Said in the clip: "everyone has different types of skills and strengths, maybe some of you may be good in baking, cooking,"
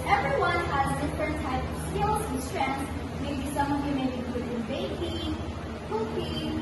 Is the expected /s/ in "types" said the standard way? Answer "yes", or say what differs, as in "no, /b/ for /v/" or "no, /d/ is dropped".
no, /s/ is dropped